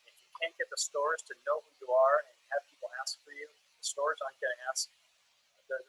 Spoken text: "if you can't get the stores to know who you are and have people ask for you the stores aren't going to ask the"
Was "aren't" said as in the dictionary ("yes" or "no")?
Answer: no